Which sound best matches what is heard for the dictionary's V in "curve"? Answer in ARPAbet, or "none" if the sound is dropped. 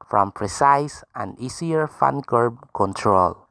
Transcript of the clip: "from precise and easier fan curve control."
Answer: B